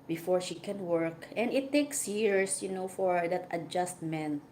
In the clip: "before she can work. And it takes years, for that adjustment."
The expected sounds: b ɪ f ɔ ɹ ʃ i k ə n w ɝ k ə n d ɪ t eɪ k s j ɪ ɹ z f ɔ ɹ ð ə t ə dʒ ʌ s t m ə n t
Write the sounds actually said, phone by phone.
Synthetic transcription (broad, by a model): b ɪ f ɔ ɹ ʃ i k ə n w ɝ k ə n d ɪ t eɪ k s j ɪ ɹ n f ɔ ɹ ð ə t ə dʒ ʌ s t m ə n t